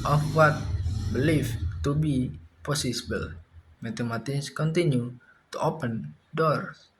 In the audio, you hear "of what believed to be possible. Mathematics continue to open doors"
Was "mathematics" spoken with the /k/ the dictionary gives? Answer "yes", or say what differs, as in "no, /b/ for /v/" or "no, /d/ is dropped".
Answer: no, /k/ is dropped